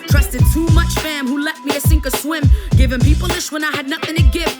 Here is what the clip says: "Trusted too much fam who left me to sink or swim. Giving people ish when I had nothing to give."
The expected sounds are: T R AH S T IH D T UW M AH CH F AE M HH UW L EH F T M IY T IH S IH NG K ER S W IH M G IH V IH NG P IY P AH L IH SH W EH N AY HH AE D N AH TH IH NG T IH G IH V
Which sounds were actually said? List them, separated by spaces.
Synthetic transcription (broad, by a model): T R AH S T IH D T UW M AH CH F AE M HH UW L EH T M IY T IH S IH NG K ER S W IH M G IH V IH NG P IY P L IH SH W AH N AY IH D N AH TH IH NG T IH G IH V